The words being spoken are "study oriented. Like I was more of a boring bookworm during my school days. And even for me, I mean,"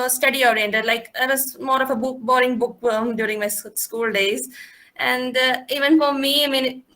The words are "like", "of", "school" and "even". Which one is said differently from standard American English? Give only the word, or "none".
of